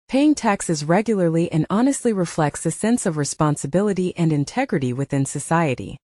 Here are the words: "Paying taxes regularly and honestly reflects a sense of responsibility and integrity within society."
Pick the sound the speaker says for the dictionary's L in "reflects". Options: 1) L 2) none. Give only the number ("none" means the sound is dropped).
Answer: 1